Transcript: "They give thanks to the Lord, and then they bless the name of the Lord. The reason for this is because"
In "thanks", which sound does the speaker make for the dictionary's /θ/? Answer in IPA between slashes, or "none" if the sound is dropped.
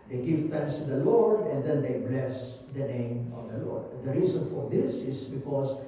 /f/